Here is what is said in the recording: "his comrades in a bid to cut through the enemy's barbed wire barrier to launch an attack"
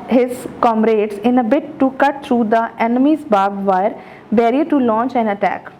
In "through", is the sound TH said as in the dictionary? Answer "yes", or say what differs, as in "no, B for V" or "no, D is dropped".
no, T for TH